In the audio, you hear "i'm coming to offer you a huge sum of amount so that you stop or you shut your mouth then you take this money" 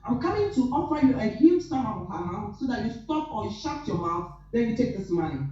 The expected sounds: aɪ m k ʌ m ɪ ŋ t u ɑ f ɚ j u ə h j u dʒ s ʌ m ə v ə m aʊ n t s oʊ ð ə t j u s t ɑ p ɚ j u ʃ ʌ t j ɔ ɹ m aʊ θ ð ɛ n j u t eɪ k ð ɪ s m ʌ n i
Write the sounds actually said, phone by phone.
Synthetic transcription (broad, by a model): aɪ m k ʌ m ɪ ŋ t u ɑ f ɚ j u ə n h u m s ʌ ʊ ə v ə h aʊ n s oʊ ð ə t j u s t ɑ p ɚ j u ʃ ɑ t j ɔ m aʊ s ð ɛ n j u t eɪ k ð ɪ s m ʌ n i